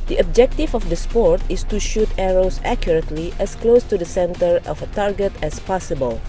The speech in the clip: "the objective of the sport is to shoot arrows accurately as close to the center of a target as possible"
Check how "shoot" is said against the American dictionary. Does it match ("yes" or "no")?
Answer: yes